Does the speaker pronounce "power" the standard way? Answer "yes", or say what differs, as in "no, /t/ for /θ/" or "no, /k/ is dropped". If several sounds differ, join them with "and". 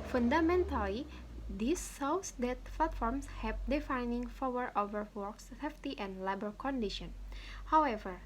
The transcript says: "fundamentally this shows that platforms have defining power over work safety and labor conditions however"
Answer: no, /f/ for /p/